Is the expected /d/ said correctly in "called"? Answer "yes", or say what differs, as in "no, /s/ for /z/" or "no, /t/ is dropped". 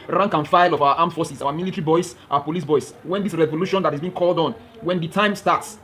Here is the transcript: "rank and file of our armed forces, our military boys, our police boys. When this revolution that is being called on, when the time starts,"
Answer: yes